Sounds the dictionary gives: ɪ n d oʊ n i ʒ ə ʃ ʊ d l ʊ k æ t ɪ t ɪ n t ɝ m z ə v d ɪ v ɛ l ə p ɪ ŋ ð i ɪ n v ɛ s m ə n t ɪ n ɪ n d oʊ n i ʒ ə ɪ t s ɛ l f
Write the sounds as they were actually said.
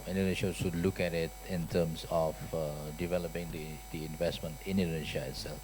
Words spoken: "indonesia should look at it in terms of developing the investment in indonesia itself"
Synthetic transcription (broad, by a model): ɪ n d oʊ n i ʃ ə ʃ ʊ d l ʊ k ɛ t ɪ t ɪ n t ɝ m s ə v d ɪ v ɛ l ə p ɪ ŋ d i ɪ n v ɛ s m ə n t ɪ n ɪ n d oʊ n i ʃ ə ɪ t s ɛ l f